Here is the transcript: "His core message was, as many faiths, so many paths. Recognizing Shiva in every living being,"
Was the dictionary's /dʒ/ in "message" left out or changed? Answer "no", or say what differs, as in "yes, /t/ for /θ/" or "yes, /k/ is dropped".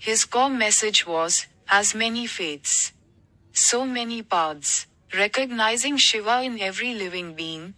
no